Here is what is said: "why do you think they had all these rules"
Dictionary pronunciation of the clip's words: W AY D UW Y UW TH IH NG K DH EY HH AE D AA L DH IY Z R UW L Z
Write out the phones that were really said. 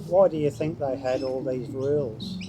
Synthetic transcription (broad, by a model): W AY D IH Y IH TH IH NG K DH EY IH D AA L DH IY Z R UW L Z